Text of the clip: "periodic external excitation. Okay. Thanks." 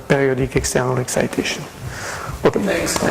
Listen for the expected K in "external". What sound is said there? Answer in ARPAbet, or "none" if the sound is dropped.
K